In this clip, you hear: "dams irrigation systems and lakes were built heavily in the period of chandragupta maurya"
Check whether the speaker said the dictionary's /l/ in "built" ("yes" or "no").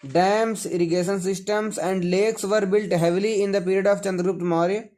yes